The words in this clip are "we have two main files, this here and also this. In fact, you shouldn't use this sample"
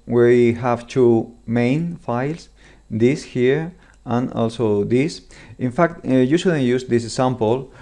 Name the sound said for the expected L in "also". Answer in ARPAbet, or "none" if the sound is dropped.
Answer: L